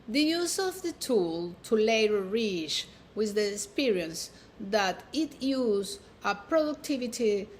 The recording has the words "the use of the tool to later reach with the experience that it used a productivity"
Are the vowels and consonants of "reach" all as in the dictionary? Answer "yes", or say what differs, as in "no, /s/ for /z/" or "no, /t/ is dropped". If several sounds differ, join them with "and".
yes